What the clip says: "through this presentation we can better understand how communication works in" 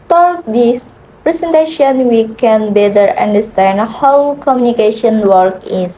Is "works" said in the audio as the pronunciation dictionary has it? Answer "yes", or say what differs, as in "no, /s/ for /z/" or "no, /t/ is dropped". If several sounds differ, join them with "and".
no, /s/ is dropped